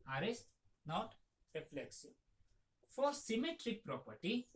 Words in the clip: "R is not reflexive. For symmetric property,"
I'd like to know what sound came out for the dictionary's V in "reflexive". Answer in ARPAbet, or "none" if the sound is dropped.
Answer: B